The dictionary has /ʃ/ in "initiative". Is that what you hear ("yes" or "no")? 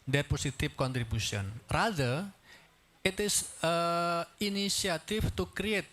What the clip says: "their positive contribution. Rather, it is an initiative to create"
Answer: no